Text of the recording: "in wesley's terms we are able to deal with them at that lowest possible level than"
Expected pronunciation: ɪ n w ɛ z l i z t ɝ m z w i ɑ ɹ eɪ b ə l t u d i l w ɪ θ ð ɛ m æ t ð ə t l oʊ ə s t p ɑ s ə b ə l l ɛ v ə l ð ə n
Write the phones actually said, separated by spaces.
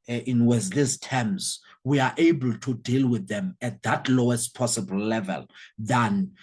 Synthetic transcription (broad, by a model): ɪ n w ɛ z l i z t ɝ m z w i ɑ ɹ eɪ b ə l t u d i l w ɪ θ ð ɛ m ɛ t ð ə t l oʊ ə s t p ɑ s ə b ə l l ɛ v ə l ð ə n